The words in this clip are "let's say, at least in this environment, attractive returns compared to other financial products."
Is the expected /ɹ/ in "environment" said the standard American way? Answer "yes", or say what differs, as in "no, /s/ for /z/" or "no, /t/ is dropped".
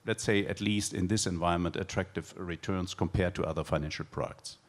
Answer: no, /ɹ/ is dropped